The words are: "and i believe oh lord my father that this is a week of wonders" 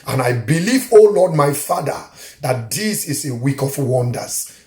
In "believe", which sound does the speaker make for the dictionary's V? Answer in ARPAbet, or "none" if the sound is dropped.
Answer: V